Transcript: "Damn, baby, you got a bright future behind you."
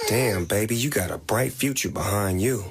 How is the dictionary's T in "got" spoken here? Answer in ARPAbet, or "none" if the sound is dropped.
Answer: T